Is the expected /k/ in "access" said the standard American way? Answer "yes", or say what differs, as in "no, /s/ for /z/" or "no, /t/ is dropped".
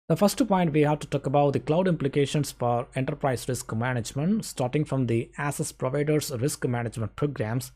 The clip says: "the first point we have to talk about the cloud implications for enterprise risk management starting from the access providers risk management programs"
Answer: no, /k/ is dropped